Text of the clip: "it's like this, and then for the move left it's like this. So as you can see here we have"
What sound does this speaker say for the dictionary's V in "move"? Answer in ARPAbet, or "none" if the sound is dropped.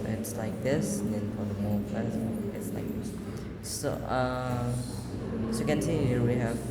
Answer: P